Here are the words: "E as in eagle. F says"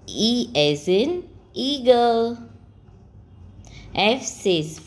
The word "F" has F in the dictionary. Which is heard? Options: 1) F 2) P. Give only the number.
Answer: 1